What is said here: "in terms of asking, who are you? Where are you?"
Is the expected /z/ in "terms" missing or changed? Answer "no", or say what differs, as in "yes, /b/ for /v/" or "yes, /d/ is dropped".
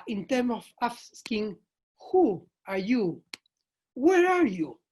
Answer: yes, /z/ is dropped